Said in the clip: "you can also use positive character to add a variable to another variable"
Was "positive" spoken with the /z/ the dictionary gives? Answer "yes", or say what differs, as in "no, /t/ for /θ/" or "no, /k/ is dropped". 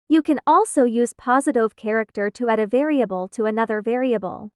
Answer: yes